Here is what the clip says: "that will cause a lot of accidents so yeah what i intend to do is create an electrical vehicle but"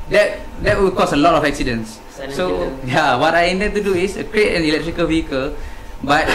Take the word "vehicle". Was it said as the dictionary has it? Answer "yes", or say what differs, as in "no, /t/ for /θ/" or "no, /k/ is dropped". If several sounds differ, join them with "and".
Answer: yes